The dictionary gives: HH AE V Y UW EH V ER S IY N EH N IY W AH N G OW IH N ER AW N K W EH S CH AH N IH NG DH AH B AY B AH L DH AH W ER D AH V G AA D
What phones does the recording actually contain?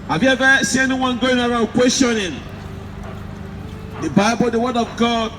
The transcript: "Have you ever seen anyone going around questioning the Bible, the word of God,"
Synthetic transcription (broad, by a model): HH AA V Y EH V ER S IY EH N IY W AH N G OW IH N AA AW K W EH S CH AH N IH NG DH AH B AY B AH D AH W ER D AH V G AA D